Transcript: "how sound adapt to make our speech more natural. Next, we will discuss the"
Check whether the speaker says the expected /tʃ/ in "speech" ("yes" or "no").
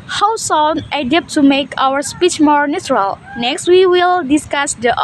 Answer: yes